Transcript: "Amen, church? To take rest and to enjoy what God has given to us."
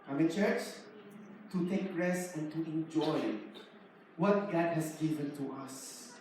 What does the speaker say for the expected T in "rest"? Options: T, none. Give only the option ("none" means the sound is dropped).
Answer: none